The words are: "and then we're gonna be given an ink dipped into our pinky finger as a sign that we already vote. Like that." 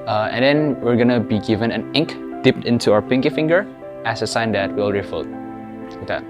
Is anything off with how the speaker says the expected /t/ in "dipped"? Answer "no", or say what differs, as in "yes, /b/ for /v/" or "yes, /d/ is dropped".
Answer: no